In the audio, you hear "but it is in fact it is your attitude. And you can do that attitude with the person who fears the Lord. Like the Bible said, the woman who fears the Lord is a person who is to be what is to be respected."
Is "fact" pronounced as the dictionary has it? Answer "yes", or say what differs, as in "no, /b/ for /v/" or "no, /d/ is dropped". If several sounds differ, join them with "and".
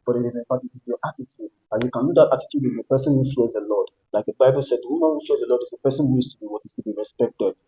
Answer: no, /k/ is dropped